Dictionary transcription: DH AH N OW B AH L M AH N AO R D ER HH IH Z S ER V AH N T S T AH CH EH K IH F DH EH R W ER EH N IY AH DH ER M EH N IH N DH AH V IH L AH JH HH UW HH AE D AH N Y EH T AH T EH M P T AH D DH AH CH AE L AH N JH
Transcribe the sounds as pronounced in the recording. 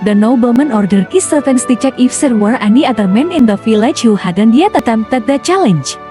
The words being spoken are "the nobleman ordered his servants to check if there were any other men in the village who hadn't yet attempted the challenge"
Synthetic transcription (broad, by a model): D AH N OW B AH L M AH N AO R D ER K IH S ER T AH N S T AH CH EH K IH F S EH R W ER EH N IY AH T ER M EH N IH N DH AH F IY L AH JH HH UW HH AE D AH N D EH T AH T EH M T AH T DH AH CH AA L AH N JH